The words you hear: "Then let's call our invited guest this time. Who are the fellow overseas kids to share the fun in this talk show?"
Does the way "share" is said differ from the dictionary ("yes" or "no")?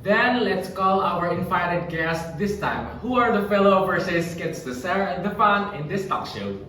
yes